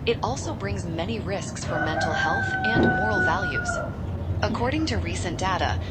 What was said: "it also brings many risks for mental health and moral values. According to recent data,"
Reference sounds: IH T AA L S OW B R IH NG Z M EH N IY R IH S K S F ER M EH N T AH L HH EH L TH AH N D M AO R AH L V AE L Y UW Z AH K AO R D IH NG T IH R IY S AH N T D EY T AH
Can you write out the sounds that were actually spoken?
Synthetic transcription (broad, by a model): IH T AA L S OW B R IH NG Z M EH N IY R IH S K S F ER M EH N T L HH EH L TH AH N M AO R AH L V AE L Y UW Z AH K AO R D IH NG T IH R IY S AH N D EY T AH